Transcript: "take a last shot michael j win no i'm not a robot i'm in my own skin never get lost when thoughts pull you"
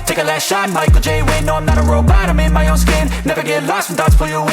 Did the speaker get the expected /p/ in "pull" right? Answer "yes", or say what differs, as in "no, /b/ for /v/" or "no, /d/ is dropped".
no, /f/ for /p/